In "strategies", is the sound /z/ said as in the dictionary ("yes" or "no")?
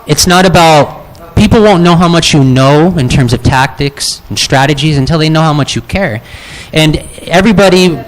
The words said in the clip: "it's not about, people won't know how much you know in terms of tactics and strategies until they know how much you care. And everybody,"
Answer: yes